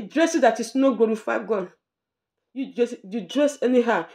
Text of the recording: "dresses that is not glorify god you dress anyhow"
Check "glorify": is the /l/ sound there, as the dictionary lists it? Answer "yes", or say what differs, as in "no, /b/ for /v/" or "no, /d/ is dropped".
no, /l/ is dropped